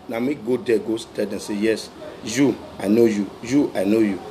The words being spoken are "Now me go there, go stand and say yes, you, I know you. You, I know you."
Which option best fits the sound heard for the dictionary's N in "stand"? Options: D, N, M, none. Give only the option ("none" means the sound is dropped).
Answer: none